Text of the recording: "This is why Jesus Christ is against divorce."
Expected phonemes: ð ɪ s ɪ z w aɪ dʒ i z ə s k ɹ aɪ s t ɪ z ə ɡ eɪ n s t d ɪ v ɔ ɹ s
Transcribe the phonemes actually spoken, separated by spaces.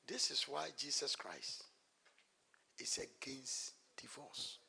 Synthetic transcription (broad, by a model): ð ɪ s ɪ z w aɪ dʒ i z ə s k ɹ aɪ s t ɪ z ə ɡ eɪ n s t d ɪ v ɔ s